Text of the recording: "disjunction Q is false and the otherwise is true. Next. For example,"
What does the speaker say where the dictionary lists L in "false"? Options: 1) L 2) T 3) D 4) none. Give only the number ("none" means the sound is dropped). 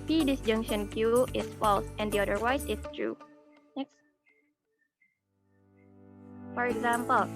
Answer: 1